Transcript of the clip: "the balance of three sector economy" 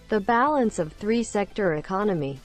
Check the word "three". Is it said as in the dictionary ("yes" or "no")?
yes